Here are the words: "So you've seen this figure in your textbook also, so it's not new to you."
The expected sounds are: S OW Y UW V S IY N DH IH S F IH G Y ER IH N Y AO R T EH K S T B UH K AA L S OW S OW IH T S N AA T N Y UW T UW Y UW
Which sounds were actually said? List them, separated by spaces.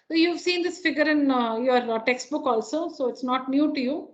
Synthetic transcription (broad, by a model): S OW Y UW V S IY N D IH S F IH G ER IH N Y AO R T EH K S T B UH K AA L S OW S OW IH T S N AA T N Y UW T UW Y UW